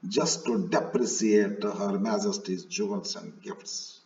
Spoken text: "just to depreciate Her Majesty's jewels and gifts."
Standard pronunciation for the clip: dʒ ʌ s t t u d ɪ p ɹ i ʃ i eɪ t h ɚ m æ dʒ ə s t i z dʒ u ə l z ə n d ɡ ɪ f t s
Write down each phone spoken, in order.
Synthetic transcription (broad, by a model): dʒ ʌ s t t u d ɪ p ɹ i s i eɪ t h ɚ m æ dʒ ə s t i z dʒ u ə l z ə n d ɡ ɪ f t s